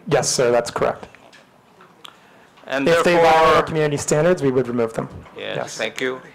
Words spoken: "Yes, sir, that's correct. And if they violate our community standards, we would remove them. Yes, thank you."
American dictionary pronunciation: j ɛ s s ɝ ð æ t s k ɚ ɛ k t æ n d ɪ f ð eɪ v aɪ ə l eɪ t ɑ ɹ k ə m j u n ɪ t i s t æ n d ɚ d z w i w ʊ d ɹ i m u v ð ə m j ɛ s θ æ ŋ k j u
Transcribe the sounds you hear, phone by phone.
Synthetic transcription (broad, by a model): j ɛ s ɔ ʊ ð æ t s k ɚ ɛ k t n ɪ f ð eɪ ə w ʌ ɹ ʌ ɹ k m j u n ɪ t i s t æ n d ɚ d z w i w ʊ d ɹ i m u v ð ə m j ɛ s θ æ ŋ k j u